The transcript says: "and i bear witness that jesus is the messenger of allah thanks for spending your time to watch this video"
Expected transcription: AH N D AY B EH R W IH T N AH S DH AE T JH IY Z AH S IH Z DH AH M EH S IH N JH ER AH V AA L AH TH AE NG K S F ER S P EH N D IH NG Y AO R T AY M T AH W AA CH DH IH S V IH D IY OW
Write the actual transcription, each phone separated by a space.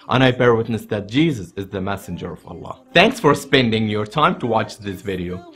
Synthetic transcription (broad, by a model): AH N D AY B EH R W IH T N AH S DH AE T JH IY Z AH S IH Z DH AH M EH S IH N JH ER AH V AA L AH TH AE NG K S F ER S P EH N D IH NG Y AO R T AY M T AH W AA CH DH IH S V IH D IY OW